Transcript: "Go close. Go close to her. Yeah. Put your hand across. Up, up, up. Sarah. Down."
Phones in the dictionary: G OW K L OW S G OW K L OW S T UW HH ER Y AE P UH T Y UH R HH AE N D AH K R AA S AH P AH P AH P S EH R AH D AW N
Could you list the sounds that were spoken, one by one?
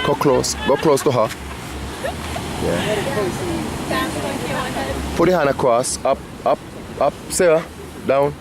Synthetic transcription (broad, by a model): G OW K L OW S G OW K L OW S T UW HH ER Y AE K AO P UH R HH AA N AH K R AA S AH P AH P AH P S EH AH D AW N